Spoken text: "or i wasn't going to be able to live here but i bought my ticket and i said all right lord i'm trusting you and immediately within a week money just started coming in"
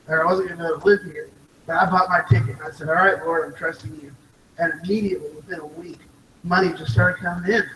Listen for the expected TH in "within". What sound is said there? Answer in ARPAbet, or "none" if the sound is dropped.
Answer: TH